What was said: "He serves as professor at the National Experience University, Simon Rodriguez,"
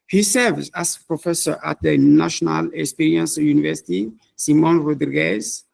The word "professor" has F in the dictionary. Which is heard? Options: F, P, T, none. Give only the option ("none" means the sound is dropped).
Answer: F